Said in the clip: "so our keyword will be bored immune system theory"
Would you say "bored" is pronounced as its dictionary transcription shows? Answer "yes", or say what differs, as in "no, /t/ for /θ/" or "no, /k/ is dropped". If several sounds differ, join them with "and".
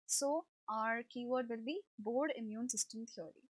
yes